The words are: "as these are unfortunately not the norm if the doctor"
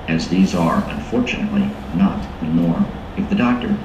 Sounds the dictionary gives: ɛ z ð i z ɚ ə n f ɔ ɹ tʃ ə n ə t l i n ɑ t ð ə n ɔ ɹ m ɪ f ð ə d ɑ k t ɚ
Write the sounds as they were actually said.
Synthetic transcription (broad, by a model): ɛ z ð i z ɚ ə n f ɔ ɹ tʃ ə n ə t l i n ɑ t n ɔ ɹ ɪ f ð ə d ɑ k t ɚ